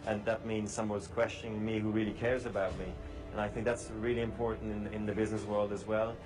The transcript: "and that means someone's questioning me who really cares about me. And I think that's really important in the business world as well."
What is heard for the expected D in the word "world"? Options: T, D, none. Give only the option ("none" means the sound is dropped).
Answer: D